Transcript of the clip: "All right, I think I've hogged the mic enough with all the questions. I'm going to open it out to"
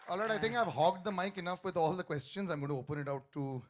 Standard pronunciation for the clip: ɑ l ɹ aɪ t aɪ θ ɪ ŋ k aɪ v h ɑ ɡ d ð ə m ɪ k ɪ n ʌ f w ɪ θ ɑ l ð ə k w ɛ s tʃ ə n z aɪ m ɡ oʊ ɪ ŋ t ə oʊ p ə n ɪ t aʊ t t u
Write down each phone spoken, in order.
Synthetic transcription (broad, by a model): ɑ l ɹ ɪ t aɪ t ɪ ŋ k aɪ v h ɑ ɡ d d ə m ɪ k ɪ n ʌ f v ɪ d ɑ l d ə k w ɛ s tʃ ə n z aɪ m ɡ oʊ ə oʊ p ə n ɪ t aʊ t t u